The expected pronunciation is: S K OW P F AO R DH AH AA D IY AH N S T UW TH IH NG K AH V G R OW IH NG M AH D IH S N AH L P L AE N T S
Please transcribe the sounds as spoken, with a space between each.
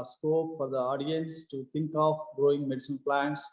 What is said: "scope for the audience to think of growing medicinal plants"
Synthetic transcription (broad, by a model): S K OW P F AO R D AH AA D IY AH N S T UW T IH NG K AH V G R OW IH NG M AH D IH S AH N P L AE N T S